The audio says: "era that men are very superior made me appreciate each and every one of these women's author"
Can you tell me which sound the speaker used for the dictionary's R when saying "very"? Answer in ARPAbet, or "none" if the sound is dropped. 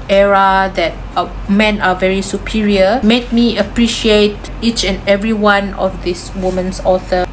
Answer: R